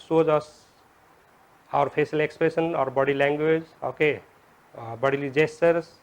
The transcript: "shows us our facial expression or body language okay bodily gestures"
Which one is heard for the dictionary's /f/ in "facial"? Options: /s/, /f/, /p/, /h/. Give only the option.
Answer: /p/